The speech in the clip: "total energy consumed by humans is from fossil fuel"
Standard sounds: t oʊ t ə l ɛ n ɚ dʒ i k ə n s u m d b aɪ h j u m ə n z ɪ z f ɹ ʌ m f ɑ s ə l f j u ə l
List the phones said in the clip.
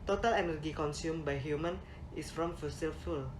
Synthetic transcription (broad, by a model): t oʊ t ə l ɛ n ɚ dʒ i k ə n s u m b aɪ h j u m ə n ɪ s f ɹ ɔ m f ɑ s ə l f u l